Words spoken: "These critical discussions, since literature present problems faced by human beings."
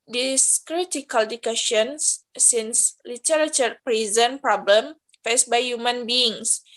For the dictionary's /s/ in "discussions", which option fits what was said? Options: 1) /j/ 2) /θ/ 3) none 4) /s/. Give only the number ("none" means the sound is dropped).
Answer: 3